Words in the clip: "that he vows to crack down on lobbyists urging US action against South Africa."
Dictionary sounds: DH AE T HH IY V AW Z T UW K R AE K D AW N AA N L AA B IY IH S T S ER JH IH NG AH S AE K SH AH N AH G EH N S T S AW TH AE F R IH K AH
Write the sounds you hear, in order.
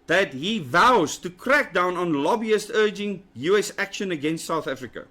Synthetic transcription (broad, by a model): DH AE T HH IY V AW Z T UW K R AE K D AW N AA N L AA B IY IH S T ER JH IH NG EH S AE K SH AH N AH G EH N S T S AW TH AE F R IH K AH